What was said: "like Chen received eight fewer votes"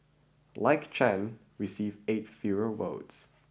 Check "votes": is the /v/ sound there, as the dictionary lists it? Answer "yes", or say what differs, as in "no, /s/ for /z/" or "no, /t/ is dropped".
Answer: no, /w/ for /v/